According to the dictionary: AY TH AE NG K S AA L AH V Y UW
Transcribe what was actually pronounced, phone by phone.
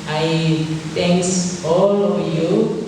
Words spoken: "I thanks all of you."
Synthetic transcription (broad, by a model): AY T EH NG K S AA L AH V Y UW